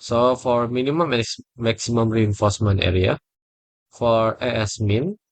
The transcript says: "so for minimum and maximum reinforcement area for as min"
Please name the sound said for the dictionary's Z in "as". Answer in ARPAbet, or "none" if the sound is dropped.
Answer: S